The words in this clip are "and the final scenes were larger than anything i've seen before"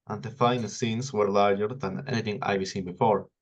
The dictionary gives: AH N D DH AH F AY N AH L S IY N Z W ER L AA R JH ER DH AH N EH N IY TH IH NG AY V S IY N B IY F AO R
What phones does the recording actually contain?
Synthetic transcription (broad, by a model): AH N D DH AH F AY N AH L S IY N S W ER L AA R JH ER DH AH N EH N IY TH IH NG AY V S IY N B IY F AO R